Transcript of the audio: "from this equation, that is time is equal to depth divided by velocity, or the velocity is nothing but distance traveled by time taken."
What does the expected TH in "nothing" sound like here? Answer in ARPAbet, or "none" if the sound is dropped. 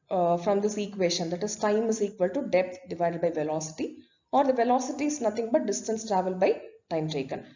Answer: T